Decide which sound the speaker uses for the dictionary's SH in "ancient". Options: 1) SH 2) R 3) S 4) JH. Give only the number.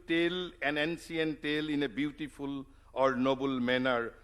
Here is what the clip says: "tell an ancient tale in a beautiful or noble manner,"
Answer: 3